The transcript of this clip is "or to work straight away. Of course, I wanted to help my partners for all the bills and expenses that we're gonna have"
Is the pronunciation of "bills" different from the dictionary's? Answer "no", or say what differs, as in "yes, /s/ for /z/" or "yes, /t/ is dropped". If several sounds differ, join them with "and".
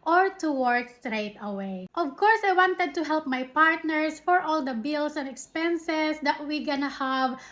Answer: yes, /s/ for /z/